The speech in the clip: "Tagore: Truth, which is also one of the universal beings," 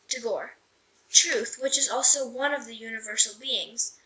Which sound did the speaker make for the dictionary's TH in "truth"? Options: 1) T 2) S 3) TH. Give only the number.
3